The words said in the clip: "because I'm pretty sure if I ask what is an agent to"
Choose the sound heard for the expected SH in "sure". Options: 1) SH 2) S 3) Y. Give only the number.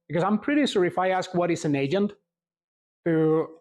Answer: 2